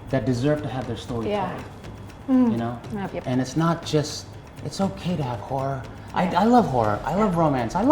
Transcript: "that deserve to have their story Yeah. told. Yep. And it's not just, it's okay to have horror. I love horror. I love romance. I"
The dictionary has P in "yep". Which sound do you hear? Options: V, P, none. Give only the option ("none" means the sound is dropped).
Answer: none